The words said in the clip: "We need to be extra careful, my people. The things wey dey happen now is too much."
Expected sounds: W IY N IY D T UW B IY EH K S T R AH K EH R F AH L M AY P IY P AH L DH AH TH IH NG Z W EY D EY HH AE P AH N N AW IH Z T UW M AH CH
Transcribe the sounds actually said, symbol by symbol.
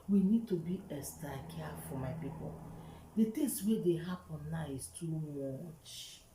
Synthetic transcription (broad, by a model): W IY N IY D T UW B IY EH S T AH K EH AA F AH M AY P IY P AH L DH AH T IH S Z W EY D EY HH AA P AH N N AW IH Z T UW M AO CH